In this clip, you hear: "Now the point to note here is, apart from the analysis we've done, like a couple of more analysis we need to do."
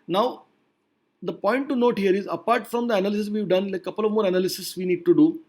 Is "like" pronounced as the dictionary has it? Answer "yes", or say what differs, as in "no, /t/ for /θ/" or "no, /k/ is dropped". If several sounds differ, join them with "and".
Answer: no, /k/ is dropped